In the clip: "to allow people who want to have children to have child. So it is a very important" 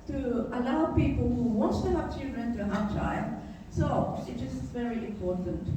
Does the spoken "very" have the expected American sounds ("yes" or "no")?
yes